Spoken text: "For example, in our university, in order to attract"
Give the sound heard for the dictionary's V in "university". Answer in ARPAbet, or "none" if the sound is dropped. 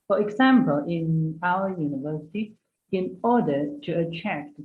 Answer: V